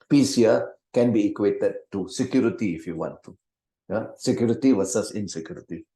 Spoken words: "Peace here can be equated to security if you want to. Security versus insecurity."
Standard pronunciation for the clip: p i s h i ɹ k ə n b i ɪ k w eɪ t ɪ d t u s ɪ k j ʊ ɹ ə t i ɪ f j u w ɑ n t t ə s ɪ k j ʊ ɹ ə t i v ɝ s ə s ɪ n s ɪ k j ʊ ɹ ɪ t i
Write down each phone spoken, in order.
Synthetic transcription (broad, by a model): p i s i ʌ k ə n b i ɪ k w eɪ t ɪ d t u s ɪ k j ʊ ɹ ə t i ɪ f j u w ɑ n t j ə s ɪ k j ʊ ɹ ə t i w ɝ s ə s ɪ n s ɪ k j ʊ ɹ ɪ t i